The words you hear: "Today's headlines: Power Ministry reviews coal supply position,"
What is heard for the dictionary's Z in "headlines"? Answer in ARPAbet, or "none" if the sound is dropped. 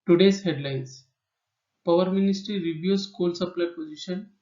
S